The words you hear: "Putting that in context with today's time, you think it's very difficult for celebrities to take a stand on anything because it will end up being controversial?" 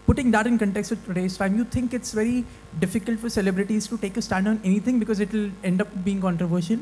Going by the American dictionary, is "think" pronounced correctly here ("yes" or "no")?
no